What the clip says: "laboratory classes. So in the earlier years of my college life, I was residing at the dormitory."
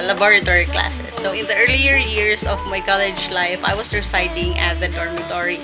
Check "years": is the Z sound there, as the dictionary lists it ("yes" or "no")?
no